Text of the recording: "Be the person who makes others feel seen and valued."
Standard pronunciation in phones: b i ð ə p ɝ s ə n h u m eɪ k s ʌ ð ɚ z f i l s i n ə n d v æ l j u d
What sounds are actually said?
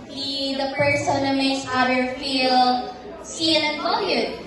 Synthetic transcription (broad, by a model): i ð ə p ɝ s ə n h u m eɪ k s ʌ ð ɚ f i l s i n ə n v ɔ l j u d